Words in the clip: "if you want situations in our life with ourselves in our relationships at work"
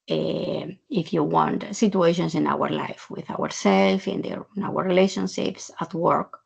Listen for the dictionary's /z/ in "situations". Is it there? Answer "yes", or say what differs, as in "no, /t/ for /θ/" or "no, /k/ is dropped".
no, /s/ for /z/